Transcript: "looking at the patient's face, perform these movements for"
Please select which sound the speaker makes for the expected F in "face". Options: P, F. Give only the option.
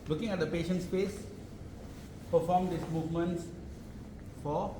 P